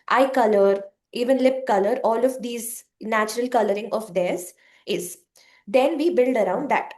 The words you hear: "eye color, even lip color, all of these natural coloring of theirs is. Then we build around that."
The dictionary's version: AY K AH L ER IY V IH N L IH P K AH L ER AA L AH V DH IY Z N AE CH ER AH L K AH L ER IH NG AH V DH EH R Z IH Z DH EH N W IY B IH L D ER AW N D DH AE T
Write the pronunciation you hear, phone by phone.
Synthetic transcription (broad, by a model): AY K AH L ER IY V IH N L IH P K AH L ER AA L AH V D IY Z N AE CH ER AH L K AH L ER IH NG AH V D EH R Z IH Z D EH N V IY B IH L D ER AW N D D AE T